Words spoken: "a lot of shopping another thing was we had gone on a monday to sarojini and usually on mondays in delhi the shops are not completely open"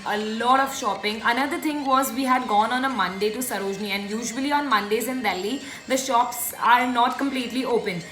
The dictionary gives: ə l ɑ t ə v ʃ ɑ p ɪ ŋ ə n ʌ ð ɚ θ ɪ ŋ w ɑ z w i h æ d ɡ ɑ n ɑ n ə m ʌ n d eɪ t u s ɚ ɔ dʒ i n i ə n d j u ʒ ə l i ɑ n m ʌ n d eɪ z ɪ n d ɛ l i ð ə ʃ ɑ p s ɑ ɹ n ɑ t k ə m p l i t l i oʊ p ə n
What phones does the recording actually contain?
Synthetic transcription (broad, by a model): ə l ɑ t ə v ʃ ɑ p ɪ ŋ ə n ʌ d ɚ t ɪ ŋ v ɑ z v i h æ d ɡ ɑ n ɑ n ə m ʌ n d eɪ t u s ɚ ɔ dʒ n i ə n d j u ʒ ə l i ɑ n m ʌ n d eɪ z ɪ n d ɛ l i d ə ʃ ɑ p s ɑ ɹ n ɑ t k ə m p l i t l i oʊ p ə n